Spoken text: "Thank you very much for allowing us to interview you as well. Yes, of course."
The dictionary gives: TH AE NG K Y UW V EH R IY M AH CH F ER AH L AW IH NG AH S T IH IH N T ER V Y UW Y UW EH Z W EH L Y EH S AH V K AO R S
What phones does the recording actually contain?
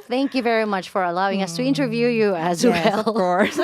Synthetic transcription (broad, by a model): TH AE NG K Y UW V EH R IY M AH CH F ER AH L AW IH NG AH S T IH IH N T ER V Y UW Y UW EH Z W EH L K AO R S